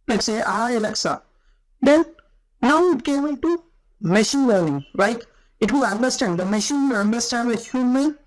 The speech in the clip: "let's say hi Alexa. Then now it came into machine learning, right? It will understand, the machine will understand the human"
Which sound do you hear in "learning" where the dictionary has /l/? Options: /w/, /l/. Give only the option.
/w/